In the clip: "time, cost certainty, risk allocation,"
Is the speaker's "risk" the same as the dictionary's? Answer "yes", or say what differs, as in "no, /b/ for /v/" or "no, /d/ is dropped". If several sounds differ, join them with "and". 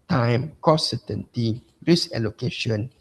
no, /k/ is dropped